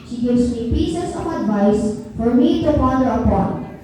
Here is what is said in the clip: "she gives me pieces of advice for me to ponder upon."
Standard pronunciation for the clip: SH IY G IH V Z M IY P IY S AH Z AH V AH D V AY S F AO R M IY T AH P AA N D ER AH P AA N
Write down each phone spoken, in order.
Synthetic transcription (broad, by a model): SH IY G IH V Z M IY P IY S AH S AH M AH D V AY S F AO R M IY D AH F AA D ER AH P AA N